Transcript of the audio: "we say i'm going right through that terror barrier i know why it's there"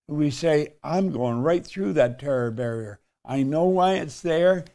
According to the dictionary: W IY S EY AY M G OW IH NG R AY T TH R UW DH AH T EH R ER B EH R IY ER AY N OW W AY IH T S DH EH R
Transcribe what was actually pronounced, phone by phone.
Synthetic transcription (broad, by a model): W IY S EY AY M G OW IH NG R AY T TH R UW DH AH T EH R ER B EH R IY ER AY N OW W AY IH T S DH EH R